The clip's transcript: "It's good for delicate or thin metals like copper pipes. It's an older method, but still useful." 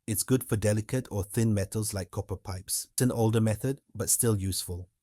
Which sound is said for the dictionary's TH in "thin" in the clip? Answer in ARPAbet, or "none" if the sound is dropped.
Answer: TH